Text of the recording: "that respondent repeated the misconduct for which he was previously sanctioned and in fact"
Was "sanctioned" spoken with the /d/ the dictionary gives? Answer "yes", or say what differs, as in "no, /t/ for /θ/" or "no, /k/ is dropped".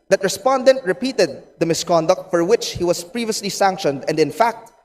yes